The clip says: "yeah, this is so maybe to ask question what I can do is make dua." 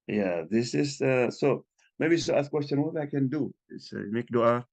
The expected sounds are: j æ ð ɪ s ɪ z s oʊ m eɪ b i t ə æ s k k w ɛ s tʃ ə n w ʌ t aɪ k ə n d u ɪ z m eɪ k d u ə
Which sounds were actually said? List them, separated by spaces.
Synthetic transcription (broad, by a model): j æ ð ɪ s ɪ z s oʊ m eɪ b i s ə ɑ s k k w ɛ s tʃ ə n w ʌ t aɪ k ə n d u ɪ s m eɪ k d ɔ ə